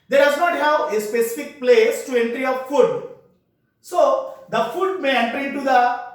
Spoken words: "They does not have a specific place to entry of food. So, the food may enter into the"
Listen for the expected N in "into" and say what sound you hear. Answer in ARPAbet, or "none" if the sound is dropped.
none